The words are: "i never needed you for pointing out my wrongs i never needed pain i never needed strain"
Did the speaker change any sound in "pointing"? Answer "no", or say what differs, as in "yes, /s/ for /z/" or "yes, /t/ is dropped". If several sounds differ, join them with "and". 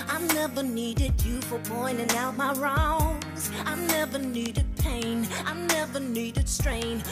yes, /b/ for /p/